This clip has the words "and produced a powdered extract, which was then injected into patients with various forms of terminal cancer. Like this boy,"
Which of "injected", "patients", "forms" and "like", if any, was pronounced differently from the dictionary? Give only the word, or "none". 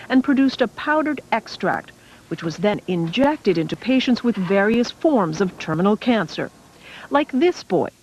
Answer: none